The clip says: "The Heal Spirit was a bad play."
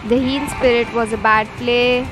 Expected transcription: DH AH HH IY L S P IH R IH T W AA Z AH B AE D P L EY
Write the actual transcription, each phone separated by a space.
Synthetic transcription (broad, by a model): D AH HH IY N S P IH R IH T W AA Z AH B AE D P L EY